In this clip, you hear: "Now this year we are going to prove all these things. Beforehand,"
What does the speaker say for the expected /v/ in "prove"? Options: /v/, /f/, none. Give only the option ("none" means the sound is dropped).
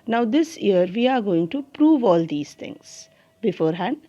/v/